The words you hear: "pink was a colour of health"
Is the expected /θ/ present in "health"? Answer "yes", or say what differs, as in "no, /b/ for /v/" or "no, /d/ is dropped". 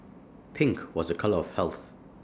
yes